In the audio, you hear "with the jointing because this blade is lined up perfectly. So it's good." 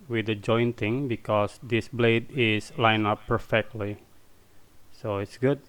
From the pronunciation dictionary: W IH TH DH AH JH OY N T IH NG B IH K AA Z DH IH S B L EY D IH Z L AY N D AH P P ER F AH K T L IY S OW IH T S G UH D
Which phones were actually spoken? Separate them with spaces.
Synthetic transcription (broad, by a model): W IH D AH JH OY N T IH NG B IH K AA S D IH S B L EY D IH S L AY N AH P P ER F AH K T L IY S OW IH T S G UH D